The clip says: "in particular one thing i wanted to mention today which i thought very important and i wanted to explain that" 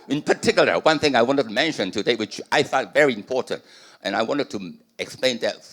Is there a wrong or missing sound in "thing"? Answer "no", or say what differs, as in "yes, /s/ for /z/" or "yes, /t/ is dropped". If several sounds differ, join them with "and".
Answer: no